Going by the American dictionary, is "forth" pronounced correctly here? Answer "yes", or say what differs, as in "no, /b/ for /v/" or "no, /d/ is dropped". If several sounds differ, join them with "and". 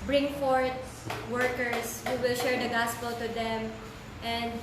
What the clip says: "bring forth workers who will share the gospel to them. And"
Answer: no, /t/ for /θ/